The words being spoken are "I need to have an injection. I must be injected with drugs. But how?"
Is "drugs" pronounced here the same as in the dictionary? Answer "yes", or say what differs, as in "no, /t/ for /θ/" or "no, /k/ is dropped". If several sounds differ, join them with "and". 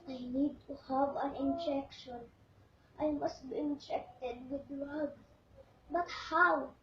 no, /z/ is dropped